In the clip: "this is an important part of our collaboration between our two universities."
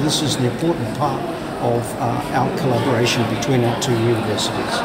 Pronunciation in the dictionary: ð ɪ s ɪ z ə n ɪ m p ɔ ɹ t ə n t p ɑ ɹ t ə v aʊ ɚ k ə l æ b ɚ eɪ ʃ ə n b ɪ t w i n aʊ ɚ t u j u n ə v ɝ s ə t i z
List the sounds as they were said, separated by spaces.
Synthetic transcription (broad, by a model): ð ɪ s ɪ z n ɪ m p ɔ ɹ t n p ɑ ɹ t ə v aʊ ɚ k ə l æ b ɚ eɪ ʃ ə n b ɪ t w i n aʊ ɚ t u j u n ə v ɝ s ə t i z